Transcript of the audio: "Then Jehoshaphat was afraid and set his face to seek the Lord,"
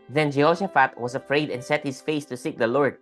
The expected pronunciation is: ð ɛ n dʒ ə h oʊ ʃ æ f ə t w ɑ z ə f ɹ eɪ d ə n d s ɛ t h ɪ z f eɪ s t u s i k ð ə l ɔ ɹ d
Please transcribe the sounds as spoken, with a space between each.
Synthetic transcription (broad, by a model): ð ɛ n dʒ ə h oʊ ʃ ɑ f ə t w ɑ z ə f ɹ eɪ d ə n s ɛ t h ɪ s f eɪ s t u s i k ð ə l ɔ ɹ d